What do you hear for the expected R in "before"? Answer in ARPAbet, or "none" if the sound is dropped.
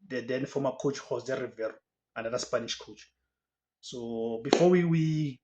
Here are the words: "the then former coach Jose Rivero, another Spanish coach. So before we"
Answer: W